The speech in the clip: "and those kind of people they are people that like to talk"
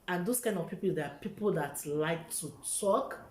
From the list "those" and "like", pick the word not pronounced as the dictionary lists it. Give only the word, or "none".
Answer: those